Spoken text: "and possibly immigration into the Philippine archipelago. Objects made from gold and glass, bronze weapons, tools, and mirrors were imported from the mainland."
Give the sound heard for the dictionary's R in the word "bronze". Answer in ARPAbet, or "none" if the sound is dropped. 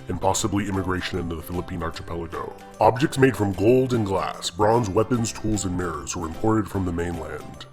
R